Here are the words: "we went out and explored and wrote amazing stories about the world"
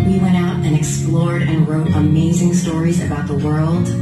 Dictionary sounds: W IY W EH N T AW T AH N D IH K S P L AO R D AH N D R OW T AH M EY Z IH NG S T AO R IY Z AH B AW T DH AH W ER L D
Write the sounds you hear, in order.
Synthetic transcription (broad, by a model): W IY W EH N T AW T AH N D IH K S P L AO R D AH N R OW T AH M EY Z IH NG S T AO R IY Z AH B AW T DH AH W ER L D